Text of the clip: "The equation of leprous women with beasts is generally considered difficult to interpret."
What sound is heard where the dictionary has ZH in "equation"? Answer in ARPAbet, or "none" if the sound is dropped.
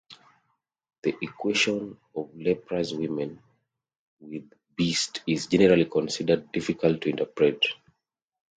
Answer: SH